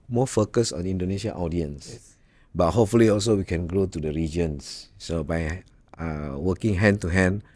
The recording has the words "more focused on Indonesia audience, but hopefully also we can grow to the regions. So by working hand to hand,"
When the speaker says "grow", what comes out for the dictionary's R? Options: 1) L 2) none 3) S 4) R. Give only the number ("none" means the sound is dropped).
4